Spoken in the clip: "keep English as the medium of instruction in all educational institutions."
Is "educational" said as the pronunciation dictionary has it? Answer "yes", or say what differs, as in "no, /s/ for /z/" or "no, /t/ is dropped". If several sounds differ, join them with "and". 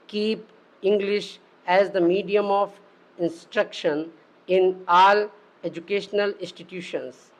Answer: yes